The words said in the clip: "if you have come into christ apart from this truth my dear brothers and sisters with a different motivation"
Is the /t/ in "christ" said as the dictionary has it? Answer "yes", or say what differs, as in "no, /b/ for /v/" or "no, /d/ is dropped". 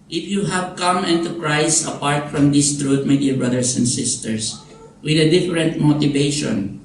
no, /t/ is dropped